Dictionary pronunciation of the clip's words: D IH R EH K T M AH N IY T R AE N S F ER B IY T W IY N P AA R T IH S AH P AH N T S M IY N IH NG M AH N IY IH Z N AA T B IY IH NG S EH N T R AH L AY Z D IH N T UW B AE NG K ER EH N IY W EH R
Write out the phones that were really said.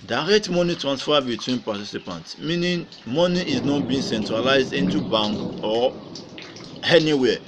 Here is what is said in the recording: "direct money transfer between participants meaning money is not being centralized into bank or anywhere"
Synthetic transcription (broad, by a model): D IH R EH K T M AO N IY T R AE N S F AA B IY T W IY N P AA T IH S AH P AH N T S M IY N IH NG M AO N IY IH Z N AA T B IY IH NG S EH N T R AH L AY Z D IH N T UW B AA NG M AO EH N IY W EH